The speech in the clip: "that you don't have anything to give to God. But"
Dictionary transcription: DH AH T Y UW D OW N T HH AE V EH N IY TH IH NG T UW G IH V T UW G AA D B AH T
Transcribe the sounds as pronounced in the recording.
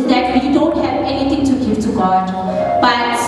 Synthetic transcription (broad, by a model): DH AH T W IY D OW N T HH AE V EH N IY T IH NG T UW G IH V T UW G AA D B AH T